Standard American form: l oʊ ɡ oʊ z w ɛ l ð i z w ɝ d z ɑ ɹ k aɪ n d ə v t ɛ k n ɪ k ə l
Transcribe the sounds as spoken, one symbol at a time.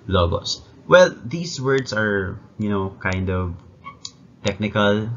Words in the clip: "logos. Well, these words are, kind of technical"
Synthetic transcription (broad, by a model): l oʊ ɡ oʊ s w ɛ l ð i s w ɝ d s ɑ ɹ k aɪ n d ə v t ɛ k n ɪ k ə l